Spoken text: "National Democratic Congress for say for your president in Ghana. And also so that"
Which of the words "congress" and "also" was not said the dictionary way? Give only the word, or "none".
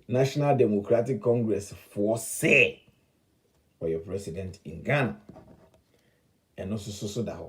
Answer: also